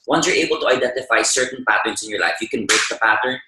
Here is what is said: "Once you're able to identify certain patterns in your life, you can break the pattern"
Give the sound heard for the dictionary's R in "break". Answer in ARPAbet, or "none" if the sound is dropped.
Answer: none